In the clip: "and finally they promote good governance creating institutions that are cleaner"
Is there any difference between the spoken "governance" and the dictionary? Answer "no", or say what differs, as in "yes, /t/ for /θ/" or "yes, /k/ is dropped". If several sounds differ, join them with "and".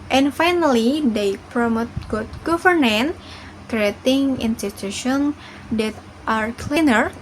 yes, /s/ is dropped